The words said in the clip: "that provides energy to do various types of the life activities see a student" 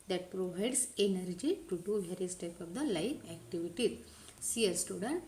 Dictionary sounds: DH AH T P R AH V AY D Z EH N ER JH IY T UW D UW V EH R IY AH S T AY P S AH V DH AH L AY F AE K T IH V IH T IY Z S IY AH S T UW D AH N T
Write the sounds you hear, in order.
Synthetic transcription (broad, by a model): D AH T P R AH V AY D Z EH N ER JH IY T UW D UW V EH R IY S T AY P AH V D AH L AY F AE K T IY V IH T IY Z S IY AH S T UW D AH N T